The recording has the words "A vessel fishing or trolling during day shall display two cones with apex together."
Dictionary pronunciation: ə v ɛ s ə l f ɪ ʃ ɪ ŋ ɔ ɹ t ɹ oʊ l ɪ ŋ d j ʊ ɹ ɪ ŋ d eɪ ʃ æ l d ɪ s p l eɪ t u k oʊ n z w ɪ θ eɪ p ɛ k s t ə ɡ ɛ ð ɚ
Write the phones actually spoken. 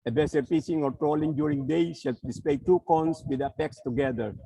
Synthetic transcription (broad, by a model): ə b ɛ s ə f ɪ s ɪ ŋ ɔ ɹ t ɹ oʊ l ɪ ŋ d j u ɹ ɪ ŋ d eɪ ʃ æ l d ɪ s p l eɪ t u k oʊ n s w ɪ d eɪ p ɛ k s t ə ɡ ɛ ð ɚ